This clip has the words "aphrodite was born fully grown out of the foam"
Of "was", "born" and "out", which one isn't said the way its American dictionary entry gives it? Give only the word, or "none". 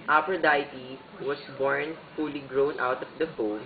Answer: was